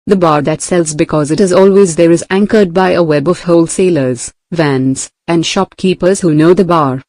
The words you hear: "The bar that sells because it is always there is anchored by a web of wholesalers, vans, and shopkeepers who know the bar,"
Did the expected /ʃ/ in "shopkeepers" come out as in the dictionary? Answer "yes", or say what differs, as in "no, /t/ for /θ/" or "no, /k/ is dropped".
yes